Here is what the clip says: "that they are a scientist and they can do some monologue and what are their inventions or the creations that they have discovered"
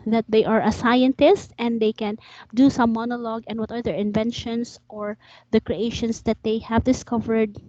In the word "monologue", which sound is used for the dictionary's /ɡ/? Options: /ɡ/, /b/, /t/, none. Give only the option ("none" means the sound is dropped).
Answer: /ɡ/